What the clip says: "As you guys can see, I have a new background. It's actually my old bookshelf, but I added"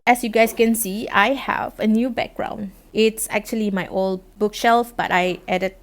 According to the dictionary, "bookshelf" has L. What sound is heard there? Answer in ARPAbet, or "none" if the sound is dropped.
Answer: L